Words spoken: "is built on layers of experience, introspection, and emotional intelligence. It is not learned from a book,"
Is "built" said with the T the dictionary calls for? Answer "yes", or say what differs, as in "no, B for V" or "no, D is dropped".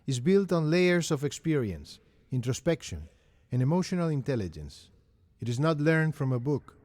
yes